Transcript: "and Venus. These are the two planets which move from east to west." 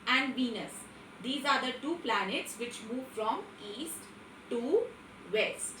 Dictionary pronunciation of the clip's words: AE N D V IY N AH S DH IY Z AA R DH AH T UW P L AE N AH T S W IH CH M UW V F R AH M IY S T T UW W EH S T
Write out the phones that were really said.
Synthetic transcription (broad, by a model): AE N D V IY N AH S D IY Z AA R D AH T UW P L AE N AH T S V IH CH M UW V F R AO M IY S T T UW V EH S T